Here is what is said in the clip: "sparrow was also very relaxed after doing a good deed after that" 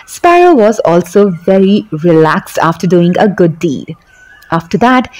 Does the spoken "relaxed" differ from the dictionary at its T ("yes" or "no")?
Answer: no